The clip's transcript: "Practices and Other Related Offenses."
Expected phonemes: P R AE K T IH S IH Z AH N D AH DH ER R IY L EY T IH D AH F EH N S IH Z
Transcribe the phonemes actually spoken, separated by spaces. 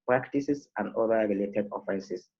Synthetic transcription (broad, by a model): P R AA K T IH S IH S AH N D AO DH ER R IY L EY T IH D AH F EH N S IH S